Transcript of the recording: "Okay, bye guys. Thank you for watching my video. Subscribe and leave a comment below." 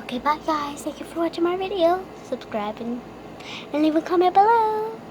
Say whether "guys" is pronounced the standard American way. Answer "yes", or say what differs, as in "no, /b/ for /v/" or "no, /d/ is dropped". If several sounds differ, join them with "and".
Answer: no, /z/ is dropped